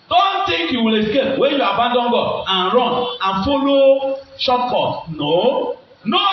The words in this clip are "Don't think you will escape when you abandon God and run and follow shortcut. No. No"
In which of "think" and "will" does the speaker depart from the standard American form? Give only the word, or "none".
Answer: think